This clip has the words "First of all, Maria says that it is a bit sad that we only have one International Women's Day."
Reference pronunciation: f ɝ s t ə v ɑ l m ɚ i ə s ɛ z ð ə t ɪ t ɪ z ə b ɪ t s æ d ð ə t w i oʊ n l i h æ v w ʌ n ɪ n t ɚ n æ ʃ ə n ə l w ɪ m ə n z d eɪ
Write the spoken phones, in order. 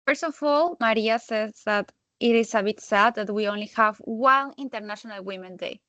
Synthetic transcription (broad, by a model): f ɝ s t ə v ɑ l m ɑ i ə s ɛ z ð ə t ɪ t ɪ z ə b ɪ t s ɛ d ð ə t w i oʊ n l i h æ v w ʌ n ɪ n t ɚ n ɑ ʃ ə n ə l w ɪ m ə n d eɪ